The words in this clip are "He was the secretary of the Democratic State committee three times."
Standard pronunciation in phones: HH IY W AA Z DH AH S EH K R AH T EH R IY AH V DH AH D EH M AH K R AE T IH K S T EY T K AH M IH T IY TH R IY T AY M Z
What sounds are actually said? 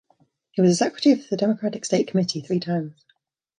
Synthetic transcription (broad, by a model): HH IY W AA Z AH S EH K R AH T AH R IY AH DH AH D EH M AH K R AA T IH K S T EY T K AH M IH T IY TH R IY T AY M Z